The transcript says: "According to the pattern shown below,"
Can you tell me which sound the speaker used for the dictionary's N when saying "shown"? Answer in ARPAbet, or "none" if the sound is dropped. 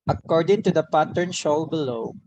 L